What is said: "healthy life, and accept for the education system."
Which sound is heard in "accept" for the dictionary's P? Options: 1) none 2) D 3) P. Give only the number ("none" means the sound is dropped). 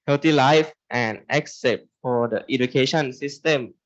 1